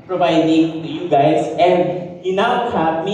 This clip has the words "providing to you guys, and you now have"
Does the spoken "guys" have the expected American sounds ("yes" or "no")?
no